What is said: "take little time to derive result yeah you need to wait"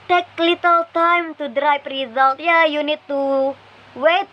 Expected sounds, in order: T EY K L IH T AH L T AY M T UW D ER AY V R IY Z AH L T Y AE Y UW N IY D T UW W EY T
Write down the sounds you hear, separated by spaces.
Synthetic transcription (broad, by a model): T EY K L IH T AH L T AY M T UW D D AY P R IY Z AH L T Y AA Y UW N IY D T UW W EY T